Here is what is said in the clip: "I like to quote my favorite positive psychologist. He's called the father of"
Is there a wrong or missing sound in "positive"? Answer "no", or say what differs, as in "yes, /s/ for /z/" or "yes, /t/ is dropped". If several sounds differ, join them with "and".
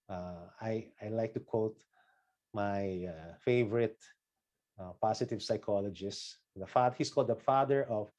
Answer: yes, /s/ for /z/